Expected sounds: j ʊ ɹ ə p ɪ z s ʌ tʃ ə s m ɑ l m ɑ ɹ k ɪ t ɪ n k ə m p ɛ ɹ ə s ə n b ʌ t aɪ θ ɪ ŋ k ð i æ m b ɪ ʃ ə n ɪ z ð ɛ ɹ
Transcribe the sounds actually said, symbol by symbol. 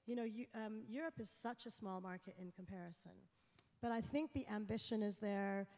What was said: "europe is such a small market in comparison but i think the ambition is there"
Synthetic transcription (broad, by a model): j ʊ ɹ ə p ɪ z s ʌ tʃ ə s m ɑ l m ɑ ɹ k ɪ t ɪ n k ə m p ɛ ɹ ə s ə n b ʌ t aɪ θ ɪ ŋ k ð i æ m b ɪ ʃ ə n ɪ z ð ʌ ɹ